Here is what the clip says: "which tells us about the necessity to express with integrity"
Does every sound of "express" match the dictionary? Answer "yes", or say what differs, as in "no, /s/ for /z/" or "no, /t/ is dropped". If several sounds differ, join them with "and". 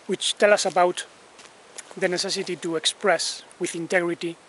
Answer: yes